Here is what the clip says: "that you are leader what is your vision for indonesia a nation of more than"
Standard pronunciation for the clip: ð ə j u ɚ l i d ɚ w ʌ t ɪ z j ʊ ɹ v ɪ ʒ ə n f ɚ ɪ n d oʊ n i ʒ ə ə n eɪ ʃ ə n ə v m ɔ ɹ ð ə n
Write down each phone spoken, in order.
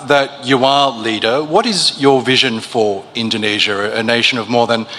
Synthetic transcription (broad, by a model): ð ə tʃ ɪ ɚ l i d ɚ w ʌ t ɪ z j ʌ ɹ v ɪ ʒ ə n f ɚ ɪ n d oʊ n i ʒ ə ə n eɪ ʃ ə n ə v m ɔ ɹ ð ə n